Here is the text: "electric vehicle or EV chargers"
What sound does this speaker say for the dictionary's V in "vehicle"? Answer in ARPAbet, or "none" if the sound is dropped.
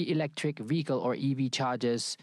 V